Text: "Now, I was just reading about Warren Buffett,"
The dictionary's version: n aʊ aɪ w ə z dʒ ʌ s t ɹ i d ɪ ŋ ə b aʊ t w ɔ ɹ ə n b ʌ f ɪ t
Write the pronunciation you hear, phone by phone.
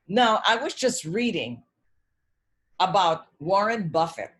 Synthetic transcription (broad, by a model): n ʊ aɪ w ə z dʒ ʌ s t ɹ i d ɪ ŋ ə b aʊ t w ɔ ɹ ə n b ʌ f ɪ t